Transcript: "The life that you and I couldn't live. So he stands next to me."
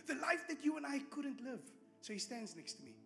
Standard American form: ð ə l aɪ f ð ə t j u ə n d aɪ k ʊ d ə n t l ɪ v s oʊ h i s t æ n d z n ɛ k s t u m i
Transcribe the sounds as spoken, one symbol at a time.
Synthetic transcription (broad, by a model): ð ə l aɪ f ð ə t j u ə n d aɪ k ʊ d ə n t l ɪ v s oʊ h i s t æ n d z n ɛ k s t u m i